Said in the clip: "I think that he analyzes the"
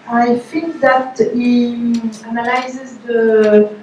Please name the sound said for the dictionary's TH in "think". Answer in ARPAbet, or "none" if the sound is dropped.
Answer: F